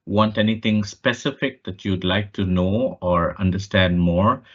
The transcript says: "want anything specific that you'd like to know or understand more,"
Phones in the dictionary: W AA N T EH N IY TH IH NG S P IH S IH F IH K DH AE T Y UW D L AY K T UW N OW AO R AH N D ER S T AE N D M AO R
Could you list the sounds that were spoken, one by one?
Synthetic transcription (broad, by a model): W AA N T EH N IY T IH NG S P IH S IH F IH K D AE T Y UW D L AY K T UW N OW AO R AH N D ER S T AE N D M AO R